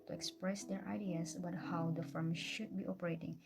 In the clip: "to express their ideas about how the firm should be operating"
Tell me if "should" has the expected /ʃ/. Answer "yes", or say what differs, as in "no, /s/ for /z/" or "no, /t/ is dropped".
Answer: yes